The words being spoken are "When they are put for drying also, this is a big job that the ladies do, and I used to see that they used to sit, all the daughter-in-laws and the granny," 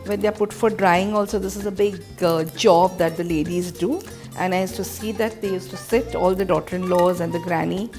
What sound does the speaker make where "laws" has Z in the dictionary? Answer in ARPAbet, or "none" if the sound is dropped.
Z